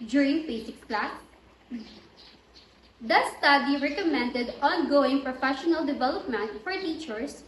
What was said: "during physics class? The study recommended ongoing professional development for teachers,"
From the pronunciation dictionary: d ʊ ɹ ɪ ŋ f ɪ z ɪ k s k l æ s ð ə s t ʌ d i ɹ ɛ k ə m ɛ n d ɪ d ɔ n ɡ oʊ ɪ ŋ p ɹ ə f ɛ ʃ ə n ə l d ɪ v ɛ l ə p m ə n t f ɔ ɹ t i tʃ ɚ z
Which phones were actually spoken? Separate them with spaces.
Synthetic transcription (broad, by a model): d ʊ ɹ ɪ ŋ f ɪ s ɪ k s k l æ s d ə s t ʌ d i ɹ ɛ k ə m ɛ n d ɪ d ɔ n ɡ oʊ ɪ ŋ p ɹ ə f ɛ ʃ ə n ə l d ɪ v ɛ l ə p m ə n t f ɔ ɹ t i tʃ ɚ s